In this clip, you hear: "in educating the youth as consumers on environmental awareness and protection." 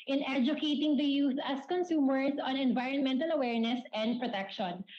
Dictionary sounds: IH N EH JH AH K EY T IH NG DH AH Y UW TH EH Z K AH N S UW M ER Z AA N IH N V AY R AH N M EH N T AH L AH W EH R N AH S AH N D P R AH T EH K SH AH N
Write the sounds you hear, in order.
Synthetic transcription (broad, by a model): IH N EH JH AH K EY T IH NG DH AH Y UW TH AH S K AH N S UW M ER S AA N IH N V AY R AH N M EH N T AH L AH W EH R N AH S AH N D P R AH T EH K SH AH N